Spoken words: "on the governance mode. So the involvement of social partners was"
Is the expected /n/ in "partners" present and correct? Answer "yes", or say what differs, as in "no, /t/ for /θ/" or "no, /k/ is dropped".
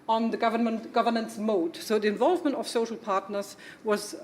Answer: yes